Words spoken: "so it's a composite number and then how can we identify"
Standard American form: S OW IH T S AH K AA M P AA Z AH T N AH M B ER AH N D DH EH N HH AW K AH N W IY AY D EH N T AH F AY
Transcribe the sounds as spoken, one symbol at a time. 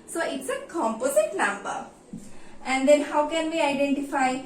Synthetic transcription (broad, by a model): S OW IH T S AH K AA M P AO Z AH T L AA M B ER AH N D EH N HH AW K AH N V IY AY D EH N T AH F AY